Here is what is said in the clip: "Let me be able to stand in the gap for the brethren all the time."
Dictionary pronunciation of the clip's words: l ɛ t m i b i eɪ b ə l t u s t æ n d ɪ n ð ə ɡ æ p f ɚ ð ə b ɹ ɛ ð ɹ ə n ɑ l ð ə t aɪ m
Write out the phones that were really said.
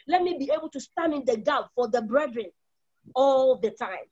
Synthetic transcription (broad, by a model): l ɛ t m i b i eɪ b ə l t u s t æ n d ɪ n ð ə ɡ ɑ b f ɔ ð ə b ɹ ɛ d ɹ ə n ɑ l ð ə t aɪ m